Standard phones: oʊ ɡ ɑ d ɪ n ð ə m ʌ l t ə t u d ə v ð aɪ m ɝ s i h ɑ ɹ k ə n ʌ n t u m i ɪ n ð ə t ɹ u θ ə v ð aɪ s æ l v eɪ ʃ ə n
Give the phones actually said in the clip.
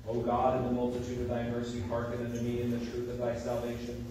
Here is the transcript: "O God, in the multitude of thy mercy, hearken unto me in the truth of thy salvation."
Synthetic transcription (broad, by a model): oʊ ɡ ɑ d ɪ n ð ə m ʌ l t ə t u d ə v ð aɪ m ɝ s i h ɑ ɹ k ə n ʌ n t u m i ɪ n ð ə t ɹ u θ ə v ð aɪ s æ l v eɪ ʃ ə n